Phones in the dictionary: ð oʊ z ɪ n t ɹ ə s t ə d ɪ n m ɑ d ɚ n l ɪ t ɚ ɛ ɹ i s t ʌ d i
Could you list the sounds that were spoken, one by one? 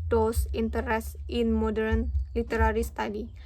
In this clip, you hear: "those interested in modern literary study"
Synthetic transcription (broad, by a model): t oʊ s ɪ n t ə t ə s ɪ n m ɑ d ɚ n l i t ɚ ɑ ɹ i s t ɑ d i